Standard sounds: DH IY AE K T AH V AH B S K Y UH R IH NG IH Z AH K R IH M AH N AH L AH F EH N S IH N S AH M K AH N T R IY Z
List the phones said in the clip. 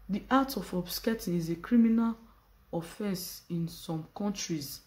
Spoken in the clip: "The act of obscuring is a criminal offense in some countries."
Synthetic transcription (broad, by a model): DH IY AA T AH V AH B S K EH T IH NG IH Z AH K R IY M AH N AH L AH F EH N S IH N S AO M K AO N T R IY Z